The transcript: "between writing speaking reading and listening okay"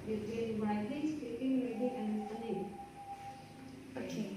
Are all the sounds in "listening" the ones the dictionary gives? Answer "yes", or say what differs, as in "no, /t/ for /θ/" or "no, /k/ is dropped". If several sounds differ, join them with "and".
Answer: no, /s/ is dropped